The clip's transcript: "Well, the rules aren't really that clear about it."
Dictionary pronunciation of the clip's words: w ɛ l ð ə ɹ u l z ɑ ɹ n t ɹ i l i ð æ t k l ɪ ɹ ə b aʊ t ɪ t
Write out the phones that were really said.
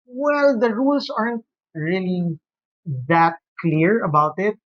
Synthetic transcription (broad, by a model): w ɛ l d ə ɹ u l s ɑ ɹ n t ɹ i l i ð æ t k l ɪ ɹ ə b aʊ t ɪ t